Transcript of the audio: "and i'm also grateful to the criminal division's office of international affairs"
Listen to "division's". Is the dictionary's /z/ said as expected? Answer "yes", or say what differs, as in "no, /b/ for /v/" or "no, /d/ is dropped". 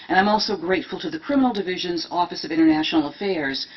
yes